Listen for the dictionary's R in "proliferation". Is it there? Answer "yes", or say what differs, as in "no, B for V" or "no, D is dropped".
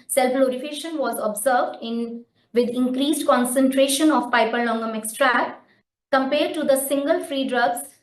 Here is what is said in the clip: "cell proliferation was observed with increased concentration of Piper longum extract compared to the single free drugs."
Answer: no, L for R